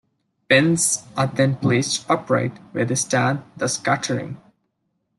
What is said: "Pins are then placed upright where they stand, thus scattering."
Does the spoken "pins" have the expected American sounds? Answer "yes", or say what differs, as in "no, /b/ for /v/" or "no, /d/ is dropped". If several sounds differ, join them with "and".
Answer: no, /b/ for /p/